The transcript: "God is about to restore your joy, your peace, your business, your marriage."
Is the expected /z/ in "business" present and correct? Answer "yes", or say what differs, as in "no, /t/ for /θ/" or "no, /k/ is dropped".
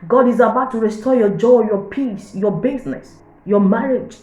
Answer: no, /s/ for /z/